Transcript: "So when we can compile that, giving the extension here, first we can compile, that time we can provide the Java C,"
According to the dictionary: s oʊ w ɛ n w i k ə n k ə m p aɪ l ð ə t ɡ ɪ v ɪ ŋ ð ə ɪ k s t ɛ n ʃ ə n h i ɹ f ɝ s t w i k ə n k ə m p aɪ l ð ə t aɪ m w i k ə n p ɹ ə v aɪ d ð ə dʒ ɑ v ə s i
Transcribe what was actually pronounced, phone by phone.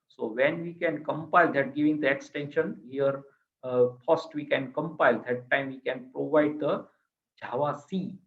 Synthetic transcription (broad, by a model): s oʊ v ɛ n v i k ə n k ə m p aɪ l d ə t ɡ ɪ v ɪ ŋ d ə ɪ k s t ɛ n ʃ ə n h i ɹ p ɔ s t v i k ə n k ə m p aɪ l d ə t aɪ m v i k ə n p ɹ ə v aɪ d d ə dʒ ɑ v ə s i